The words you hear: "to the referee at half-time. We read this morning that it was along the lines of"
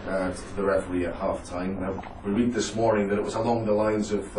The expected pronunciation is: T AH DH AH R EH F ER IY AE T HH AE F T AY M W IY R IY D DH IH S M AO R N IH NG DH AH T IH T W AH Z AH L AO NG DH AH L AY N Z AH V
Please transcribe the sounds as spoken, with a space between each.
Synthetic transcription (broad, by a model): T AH DH AH R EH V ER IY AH T HH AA F T AY M W IY R IY D DH IH S M AO R N IH NG DH AH T IH T W AH Z AH L AO NG DH AH L AY N Z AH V